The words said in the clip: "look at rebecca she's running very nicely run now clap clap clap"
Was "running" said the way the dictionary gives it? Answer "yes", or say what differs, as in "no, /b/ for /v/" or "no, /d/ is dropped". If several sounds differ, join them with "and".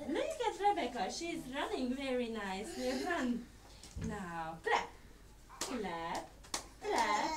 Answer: yes